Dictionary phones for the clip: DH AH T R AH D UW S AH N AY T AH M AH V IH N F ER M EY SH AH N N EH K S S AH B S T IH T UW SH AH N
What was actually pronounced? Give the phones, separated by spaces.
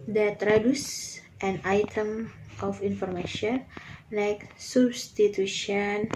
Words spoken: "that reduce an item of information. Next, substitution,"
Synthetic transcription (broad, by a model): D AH T R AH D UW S AH N AY T AH M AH F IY N F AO M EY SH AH N L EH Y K S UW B S T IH T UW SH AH N